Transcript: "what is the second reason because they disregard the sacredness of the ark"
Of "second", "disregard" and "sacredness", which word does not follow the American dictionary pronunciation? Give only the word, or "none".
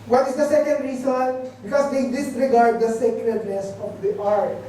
sacredness